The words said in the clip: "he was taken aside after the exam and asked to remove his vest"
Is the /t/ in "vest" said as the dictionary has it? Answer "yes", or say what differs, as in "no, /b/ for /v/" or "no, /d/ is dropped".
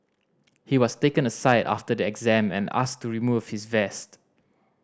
yes